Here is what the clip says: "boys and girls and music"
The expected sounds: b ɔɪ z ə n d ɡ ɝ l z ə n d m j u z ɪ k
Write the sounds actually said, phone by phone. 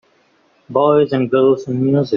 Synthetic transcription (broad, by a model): b ɔɪ z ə n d ɡ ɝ l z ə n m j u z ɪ